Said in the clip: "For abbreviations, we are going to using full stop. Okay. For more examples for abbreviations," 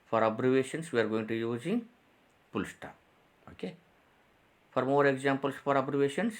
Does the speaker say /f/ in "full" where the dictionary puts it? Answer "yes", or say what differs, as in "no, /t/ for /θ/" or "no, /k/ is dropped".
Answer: no, /p/ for /f/